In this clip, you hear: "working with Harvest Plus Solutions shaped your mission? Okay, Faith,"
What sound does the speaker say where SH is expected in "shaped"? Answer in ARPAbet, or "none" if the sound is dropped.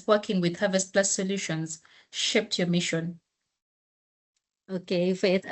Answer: SH